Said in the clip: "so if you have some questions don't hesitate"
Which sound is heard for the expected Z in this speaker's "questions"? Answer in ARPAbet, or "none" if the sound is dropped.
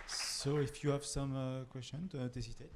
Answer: none